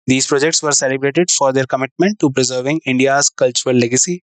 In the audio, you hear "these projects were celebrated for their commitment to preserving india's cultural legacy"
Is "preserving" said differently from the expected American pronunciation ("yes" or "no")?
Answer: no